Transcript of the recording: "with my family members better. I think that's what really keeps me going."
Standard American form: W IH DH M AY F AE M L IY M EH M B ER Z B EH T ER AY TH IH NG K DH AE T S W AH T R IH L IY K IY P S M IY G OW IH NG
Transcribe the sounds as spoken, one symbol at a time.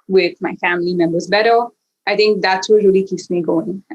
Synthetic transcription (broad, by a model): W IH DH M AY F AE M L IY M EH M B ER Z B EH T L AY TH IH NG K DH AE T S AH R IH L IY K IY P S M IY G OW IH NG